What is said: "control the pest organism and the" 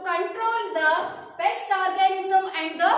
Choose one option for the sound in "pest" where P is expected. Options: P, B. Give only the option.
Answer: B